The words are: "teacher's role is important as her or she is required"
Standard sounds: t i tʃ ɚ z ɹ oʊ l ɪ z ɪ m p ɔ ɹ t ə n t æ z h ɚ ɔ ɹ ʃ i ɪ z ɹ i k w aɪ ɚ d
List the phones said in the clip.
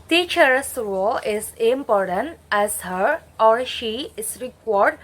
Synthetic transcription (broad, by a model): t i tʃ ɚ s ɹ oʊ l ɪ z ɪ m p ɔ ɹ t ə n t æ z h ɚ ɔ ɹ ʃ i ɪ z ɹ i k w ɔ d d